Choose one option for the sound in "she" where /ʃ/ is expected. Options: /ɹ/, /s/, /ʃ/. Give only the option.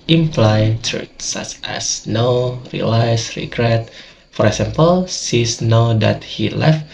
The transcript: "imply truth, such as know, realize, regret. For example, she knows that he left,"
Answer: /s/